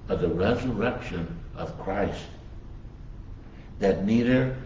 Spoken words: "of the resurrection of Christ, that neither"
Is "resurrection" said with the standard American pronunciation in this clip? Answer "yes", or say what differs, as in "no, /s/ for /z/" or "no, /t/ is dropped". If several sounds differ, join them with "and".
yes